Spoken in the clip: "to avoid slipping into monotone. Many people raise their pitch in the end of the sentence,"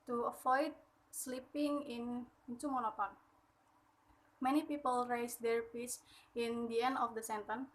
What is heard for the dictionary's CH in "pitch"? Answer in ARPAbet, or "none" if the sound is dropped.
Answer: S